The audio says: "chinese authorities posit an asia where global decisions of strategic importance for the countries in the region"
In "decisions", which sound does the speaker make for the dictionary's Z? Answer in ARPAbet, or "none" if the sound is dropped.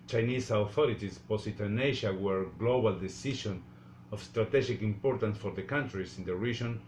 none